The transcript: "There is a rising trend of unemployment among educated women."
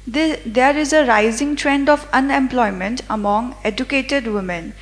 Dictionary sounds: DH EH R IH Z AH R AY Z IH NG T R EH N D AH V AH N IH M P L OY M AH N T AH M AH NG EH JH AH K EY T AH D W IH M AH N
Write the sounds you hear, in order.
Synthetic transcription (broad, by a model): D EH R IH Z AH R AY Z IH NG T R EH N D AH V AH N IH M P L OY M AH N T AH M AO NG EH JH AH K EY T AH D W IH M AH N